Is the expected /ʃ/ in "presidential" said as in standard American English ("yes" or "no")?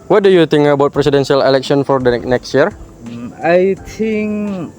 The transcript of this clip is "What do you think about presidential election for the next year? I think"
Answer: no